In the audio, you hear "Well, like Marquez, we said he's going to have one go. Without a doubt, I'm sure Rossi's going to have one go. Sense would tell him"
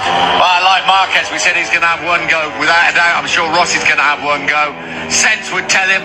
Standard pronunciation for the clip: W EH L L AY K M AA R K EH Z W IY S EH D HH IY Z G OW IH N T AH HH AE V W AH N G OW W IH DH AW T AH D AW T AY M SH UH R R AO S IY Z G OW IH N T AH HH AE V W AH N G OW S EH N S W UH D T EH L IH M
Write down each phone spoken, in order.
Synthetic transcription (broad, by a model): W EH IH L AY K M AA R K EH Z W IY S EH D HH IY Z G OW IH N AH V W AH N G OW W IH DH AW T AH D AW AY M SH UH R R AO S IY Z G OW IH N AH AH V W AH N G OW S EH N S W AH D T EH L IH M